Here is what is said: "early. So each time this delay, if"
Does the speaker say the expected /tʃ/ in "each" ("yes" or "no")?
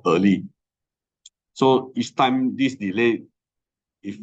no